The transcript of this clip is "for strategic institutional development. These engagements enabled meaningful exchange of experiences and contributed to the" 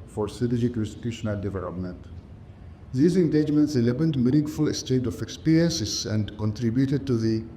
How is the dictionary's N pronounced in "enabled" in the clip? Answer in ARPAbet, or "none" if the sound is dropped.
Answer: L